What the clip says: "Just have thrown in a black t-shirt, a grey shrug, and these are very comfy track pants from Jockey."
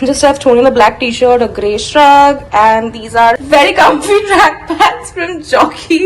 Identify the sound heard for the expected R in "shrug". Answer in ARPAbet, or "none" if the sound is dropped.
R